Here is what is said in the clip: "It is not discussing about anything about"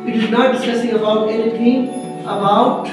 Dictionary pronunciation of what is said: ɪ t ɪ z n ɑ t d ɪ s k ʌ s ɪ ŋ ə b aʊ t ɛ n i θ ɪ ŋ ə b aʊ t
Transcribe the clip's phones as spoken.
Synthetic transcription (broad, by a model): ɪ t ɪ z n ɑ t d ɪ s k ʌ s ɪ ŋ ə b aʊ t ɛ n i t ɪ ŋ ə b aʊ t